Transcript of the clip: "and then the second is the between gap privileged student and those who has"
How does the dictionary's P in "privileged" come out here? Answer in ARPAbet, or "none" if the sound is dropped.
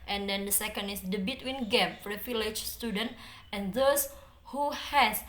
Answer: F